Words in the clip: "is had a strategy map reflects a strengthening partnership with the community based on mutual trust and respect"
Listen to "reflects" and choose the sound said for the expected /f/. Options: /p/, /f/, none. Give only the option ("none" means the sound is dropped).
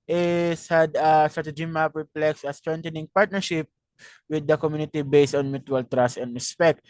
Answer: /p/